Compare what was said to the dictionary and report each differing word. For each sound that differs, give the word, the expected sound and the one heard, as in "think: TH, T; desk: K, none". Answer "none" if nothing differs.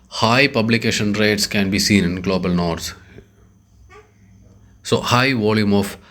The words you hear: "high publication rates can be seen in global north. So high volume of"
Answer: north: TH, S